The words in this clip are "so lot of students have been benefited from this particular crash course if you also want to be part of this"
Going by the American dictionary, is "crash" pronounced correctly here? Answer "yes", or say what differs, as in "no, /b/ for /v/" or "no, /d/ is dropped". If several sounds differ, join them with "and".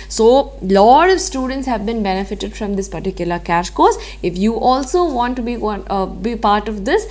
no, /ɹ/ is dropped